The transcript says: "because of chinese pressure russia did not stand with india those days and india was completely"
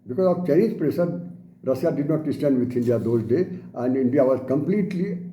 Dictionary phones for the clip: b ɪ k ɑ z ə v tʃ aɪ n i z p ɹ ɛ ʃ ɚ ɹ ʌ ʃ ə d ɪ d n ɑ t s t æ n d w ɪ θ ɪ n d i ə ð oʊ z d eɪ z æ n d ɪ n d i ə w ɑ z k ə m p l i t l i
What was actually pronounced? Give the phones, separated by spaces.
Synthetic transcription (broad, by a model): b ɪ k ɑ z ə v tʃ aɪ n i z p ɹ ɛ s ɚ ɹ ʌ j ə d ɪ d n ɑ t s t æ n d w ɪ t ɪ n d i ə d oʊ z d eɪ æ n d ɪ n d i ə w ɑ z k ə m p l i t l i